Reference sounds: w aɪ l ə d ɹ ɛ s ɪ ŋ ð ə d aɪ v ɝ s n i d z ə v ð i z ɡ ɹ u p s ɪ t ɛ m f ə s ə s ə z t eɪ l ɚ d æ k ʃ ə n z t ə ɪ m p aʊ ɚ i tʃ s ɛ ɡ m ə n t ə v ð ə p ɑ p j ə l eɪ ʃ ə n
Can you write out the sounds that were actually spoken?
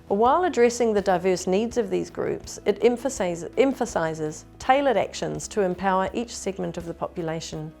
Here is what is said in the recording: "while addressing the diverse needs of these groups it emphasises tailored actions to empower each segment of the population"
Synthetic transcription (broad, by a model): w aɪ l ə d ɹ ɛ s ɪ ŋ ð ə d aɪ v ɝ s n i d z ə v ð i z ɡ ɹ u p s ɪ t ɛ m f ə s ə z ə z t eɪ l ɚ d æ k ʃ ə n z t ə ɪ m p aʊ ɚ i tʃ s ɛ ɡ m ə n t ə v ð ə p ɑ p j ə l eɪ ʃ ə n